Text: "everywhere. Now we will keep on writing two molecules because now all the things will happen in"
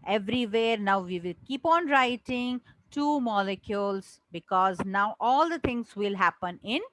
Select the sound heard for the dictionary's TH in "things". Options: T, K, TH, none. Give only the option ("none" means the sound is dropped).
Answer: T